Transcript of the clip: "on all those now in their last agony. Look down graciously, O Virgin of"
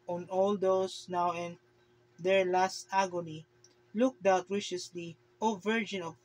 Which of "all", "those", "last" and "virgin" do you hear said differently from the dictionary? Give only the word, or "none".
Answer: those